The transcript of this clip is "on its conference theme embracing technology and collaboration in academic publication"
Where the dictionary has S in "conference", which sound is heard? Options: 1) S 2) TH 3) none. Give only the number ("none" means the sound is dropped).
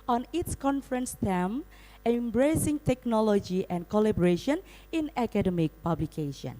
1